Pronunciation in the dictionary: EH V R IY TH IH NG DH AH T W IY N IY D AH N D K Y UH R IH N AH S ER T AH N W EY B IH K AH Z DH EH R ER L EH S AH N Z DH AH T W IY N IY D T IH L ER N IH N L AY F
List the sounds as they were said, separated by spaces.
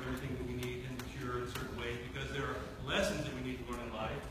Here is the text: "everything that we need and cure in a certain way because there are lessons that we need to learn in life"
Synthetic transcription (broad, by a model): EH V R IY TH IH NG DH AH T W IY N IY D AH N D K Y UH R IH N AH S ER T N W EY B IH K AH Z DH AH R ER L EH S AH N Z DH AH T W IY N IY D T IH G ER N IH N L AY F